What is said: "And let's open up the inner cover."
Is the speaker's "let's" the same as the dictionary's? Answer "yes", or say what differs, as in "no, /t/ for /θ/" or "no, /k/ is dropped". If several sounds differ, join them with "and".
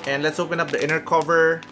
yes